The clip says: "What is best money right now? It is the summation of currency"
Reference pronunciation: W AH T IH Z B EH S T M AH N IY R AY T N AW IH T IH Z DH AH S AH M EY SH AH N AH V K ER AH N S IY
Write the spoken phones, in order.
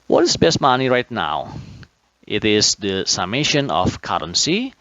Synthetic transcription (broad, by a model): W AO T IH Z B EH S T M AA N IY R AY T N AW IH T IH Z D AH S AH M EY SH AH N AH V K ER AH N S IY